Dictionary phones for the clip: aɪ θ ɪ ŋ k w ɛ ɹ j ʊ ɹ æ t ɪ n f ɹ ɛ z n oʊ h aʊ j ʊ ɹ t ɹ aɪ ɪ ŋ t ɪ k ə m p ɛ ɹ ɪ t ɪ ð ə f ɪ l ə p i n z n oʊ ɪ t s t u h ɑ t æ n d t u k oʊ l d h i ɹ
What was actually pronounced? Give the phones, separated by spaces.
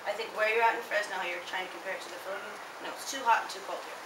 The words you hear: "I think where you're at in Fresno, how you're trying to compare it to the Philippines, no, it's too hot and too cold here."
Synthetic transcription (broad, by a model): aɪ θ ɪ ŋ k w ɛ ɹ j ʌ ɹ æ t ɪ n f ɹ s n aʊ j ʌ ɹ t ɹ aɪ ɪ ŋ t ɪ k ə m p ɛ ɹ ɪ t ɪ ð ə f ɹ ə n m n oʊ ɪ t s t u h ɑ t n t u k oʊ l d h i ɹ